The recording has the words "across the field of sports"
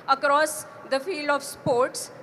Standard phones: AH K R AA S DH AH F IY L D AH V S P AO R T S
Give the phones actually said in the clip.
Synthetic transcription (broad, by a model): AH K R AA S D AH F IY L D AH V S P AO R T S